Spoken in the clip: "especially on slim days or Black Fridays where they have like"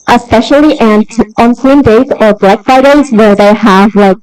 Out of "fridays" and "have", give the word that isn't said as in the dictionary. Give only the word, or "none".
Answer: fridays